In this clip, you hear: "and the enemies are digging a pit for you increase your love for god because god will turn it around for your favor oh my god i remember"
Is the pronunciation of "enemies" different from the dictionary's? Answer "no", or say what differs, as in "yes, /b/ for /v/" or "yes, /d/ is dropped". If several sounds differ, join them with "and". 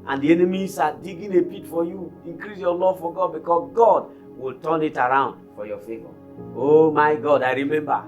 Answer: yes, /s/ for /z/